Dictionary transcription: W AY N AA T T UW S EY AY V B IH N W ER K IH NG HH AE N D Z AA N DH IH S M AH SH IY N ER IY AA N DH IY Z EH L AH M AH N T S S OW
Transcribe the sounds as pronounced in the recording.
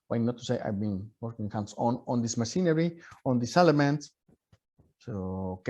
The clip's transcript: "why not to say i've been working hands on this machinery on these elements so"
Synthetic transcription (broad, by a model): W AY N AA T T UW S EY AY V B IH N W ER K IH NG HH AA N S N AA N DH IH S M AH S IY N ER IY AA N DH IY S EH L AH M AH N T S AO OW